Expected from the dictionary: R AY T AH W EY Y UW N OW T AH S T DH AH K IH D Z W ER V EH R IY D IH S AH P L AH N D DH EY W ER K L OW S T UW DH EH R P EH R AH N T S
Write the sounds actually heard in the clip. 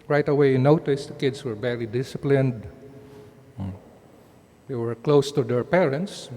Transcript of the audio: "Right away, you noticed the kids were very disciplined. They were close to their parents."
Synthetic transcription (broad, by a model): R AY T AH W EY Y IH N OW T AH S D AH K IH D S W ER B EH L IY D IH S AH P L AH N D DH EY W ER K L OW S T UW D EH R P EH R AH N T S